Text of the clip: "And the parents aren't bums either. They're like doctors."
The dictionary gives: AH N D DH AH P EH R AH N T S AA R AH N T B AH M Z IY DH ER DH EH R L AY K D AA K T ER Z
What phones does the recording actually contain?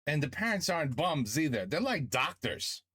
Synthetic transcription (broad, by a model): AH N DH AH P EH R AH N T S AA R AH N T B AH M Z IY DH ER DH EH R L AY K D AA K T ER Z